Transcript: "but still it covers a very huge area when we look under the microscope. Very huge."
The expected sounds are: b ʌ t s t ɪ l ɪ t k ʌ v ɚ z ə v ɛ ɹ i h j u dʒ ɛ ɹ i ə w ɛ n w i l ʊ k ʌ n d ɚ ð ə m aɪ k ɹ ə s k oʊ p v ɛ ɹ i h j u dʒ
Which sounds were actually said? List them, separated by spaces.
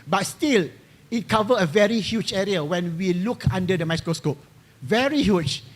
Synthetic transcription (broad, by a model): b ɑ t s t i l ɪ t k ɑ v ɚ ə v ɛ ɹ i h j u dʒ ɛ ɹ i ə w ɛ n w i l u k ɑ n d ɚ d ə m aɪ k ɹ ə s k oʊ p v ɛ ɹ i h j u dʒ